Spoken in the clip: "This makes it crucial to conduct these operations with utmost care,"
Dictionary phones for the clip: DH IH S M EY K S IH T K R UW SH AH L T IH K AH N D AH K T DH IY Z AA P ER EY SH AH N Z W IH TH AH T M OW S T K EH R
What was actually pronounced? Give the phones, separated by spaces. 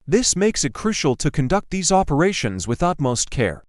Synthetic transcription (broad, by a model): DH IH S M EY K S IH T K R UW SH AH L T IH K AH N D AH K T DH IY Z AA P ER EY SH AH N Z W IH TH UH T M OW S T K EH R